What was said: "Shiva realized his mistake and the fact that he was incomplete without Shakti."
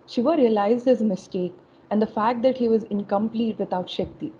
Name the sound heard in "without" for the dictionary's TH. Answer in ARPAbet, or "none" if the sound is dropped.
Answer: T